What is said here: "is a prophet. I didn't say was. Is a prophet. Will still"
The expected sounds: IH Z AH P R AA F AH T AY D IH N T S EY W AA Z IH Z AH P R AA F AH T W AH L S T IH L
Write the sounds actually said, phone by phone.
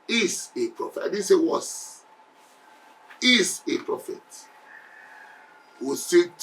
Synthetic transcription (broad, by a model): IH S AH P R AA F AH T AY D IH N S EY W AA S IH S AH P R AA F AH T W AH S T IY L